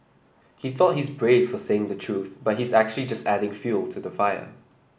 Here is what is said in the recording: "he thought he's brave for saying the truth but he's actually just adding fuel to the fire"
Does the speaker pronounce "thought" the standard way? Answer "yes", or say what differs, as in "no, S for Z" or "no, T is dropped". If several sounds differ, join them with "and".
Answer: yes